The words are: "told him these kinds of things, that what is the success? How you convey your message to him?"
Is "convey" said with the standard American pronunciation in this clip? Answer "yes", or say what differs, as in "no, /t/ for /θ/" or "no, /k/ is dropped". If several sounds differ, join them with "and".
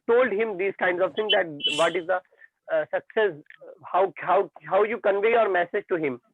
yes